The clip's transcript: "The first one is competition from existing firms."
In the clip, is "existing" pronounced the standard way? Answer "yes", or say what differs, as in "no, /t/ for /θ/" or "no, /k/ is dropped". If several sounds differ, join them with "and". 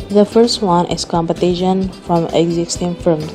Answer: yes